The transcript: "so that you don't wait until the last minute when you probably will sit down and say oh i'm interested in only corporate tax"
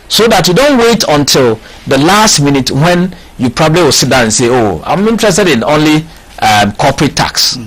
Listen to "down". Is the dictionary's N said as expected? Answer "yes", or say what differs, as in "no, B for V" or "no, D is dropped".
no, N is dropped